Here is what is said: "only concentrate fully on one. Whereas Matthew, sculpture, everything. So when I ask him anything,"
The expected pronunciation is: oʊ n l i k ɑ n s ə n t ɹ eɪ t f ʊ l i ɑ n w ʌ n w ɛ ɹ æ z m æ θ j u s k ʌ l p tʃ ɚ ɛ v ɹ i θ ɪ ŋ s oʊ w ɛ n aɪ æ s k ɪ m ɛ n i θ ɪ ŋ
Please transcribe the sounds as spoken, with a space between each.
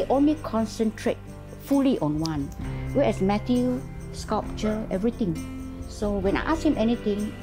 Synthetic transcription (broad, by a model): oʊ n l i k ɑ n s ə n t ɹ eɪ t f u l i ɑ n w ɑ n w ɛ ɛ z m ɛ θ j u s k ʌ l p tʃ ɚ ɛ v ɹ i t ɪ ŋ s oʊ w ɛ n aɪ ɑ s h ɪ m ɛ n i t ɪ ŋ